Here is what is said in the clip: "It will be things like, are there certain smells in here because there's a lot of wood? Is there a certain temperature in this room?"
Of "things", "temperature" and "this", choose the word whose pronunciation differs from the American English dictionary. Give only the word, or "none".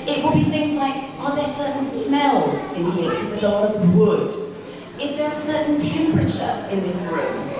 none